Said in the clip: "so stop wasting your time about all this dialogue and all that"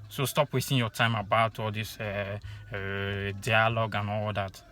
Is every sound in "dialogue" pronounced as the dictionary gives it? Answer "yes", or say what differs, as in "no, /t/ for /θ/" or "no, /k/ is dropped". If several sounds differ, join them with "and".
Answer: yes